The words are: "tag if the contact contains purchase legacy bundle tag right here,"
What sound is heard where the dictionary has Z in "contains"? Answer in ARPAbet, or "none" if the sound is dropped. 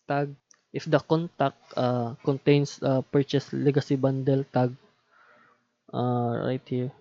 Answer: S